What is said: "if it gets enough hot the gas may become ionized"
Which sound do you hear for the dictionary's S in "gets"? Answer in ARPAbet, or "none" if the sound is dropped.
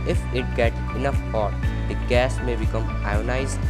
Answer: none